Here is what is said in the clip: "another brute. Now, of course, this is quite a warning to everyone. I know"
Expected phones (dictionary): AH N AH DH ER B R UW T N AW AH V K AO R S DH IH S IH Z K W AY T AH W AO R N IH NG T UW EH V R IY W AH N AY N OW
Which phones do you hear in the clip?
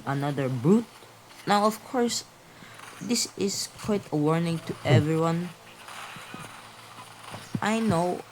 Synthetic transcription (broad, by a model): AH N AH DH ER B R UW T N AW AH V K AO R S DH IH S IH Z K W AY T AH W AO R N IH NG T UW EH V R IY W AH N AY N OW